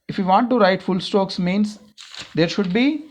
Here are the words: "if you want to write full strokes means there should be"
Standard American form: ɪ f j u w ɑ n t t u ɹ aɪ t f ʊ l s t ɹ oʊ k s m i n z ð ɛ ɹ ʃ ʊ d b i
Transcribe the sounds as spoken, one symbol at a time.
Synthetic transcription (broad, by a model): ɪ f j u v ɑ n t t u ɹ aɪ t f ʊ l s t oʊ k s m i n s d ɛ ɹ ʃ ʊ d b i